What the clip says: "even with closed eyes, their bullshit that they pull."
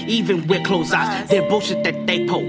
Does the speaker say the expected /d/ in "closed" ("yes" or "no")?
no